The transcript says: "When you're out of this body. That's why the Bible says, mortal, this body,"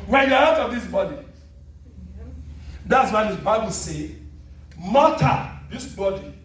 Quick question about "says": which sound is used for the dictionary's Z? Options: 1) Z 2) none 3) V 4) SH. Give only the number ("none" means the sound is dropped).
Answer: 2